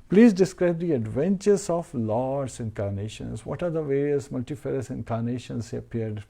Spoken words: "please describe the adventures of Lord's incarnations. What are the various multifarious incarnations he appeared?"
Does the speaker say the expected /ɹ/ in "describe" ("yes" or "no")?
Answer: yes